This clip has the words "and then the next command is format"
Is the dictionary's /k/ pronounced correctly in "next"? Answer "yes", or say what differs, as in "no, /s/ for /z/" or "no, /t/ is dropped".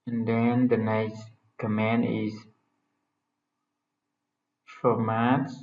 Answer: no, /k/ is dropped